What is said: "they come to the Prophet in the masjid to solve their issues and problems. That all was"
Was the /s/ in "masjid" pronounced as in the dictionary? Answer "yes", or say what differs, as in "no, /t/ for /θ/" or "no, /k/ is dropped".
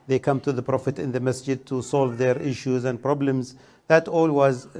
yes